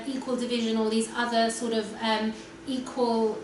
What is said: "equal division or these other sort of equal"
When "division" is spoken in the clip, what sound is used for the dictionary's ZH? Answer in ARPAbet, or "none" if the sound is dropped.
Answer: ZH